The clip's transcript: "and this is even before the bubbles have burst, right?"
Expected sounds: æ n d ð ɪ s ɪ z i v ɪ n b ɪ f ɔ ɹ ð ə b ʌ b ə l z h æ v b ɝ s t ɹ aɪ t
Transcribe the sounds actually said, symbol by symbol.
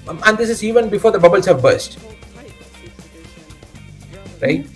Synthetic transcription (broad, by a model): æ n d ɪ s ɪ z i v ɪ n b ɪ f ɔ ɹ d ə b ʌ b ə l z h æ v b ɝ s t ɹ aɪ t